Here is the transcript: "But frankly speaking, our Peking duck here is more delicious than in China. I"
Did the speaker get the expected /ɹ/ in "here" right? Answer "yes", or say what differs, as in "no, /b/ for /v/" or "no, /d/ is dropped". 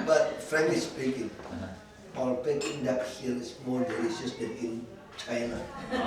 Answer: no, /l/ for /ɹ/